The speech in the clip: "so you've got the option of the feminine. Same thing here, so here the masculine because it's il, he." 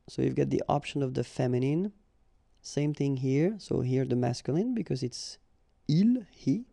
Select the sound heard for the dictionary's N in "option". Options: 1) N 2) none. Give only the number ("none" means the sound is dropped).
1